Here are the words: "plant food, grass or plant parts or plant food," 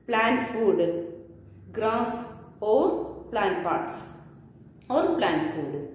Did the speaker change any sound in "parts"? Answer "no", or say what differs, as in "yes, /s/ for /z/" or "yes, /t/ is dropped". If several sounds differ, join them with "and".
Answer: no